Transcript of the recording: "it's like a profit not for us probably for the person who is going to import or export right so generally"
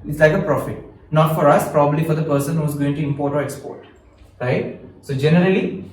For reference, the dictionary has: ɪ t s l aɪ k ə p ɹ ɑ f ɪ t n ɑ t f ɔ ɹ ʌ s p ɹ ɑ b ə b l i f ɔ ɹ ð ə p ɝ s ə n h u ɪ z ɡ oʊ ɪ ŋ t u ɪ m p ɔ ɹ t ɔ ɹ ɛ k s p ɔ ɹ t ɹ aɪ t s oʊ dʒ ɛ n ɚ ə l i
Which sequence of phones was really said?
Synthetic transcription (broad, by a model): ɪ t s l aɪ k ə p ɹ ɑ f ɪ t n ɑ t f ɔ ɹ ʌ s p ɹ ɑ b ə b l i f ɔ ɹ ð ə p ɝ s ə n h u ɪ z ɡ oʊ ɪ ŋ t u ɪ m p ɔ ɹ t ɔ ɹ ɛ k s p ɔ ɹ t ɹ aɪ t s oʊ dʒ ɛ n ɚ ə l i